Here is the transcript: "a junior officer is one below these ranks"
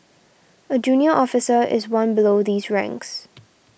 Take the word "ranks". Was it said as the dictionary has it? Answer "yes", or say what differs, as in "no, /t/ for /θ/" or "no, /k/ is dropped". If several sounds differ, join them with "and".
yes